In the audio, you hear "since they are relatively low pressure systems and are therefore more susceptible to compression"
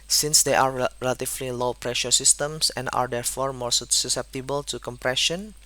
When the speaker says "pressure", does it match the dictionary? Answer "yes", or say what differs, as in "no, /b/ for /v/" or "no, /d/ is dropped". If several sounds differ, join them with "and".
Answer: yes